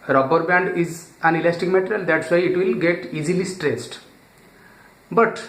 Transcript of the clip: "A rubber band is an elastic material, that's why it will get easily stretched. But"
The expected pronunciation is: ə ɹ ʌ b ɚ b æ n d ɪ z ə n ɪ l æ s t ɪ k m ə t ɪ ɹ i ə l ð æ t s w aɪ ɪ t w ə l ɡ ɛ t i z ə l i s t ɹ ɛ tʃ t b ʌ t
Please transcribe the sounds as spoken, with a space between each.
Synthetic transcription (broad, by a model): ɹ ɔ b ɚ b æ n d ɪ z ə n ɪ l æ s t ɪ k m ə t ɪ ɹ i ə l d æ t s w aɪ ɪ t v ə l ɡ ɛ t i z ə l i s t ɹ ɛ s t b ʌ t